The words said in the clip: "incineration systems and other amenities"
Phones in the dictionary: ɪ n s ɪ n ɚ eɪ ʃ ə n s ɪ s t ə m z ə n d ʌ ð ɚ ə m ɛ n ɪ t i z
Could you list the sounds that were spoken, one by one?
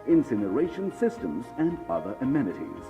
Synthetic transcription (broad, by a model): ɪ n s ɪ n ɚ eɪ ʃ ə n s ɪ s t ə m z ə n ʌ ð ɚ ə m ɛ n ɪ t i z